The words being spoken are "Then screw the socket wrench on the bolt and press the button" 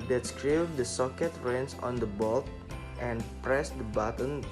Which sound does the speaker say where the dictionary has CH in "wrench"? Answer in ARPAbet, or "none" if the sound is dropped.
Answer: S